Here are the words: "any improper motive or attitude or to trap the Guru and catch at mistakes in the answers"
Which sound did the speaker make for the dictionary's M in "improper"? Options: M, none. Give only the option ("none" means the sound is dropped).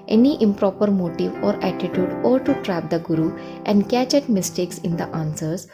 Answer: M